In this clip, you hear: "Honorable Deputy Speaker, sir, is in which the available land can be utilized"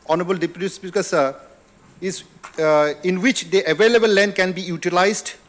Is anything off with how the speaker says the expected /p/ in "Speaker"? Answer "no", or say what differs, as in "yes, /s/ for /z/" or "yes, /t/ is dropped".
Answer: yes, /b/ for /p/